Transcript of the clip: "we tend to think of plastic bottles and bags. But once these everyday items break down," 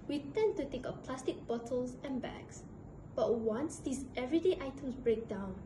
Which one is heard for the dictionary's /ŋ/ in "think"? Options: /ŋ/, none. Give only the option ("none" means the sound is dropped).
none